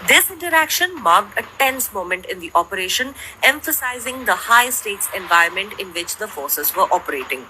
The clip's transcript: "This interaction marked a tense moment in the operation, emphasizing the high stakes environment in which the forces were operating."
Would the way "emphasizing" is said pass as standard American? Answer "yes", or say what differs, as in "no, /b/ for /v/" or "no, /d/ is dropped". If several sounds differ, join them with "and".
yes